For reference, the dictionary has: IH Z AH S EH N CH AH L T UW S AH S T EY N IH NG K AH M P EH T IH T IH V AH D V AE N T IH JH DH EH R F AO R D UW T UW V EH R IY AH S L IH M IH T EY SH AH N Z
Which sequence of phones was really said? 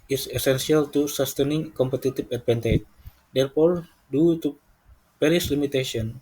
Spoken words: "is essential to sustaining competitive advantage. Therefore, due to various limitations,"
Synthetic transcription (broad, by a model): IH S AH S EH N S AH L T UW S AH S T EY N IH NG K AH M P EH T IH T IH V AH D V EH N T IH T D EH R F AO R D UW T UW P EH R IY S L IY M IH T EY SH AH N